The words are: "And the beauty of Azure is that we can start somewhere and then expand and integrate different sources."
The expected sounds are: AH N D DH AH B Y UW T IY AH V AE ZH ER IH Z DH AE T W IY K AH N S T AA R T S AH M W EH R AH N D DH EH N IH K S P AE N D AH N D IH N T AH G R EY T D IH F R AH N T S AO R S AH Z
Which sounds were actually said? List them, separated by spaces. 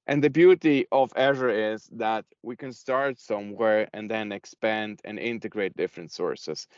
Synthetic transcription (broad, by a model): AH N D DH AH B Y UW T IY AH V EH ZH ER IH Z DH AE T W IY K AH N S T AA R T S AH M W EH R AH N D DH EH N IH K S P AE N D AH N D IH N T AH G R EY T D IH F R AH N T S AO R S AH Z